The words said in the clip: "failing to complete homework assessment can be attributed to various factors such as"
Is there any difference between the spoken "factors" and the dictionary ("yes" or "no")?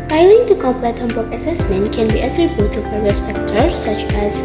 yes